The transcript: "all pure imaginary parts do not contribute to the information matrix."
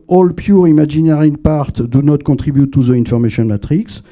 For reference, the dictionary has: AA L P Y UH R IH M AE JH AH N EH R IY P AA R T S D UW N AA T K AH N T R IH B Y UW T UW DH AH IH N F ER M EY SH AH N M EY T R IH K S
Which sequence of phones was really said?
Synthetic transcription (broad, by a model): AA L P Y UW R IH M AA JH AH N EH R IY P AA R T D UW N AA T K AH T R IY B Y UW T UW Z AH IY N F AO M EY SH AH N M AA T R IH K S